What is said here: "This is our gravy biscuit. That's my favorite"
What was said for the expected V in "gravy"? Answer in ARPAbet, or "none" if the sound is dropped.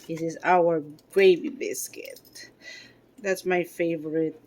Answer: B